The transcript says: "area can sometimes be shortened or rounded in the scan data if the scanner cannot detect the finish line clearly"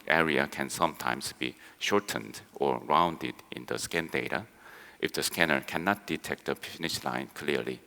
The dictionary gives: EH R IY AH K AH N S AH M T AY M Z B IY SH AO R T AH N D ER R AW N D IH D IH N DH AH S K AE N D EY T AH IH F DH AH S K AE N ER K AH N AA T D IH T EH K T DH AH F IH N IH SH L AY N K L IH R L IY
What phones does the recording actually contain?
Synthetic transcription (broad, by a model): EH R IY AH K AH N S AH M T AY M S B IY SH AO R T AH N D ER R AW N D IH D IH N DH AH S K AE N D EY T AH IH F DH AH S K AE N ER K AH N AA T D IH T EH K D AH P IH N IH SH L AY N K L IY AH L IY